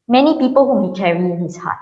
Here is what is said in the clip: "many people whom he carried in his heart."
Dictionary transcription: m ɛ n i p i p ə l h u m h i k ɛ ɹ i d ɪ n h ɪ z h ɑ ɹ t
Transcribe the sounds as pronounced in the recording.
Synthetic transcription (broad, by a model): m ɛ n i p i p ə l h u m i k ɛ ɹ i ɪ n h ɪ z h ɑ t